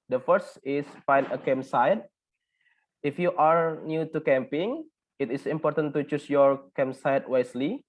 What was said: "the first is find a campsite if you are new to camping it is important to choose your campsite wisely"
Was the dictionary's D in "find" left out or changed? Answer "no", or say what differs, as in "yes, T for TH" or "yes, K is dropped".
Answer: yes, D is dropped